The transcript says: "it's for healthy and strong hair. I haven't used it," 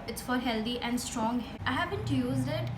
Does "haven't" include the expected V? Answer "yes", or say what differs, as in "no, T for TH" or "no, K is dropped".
no, B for V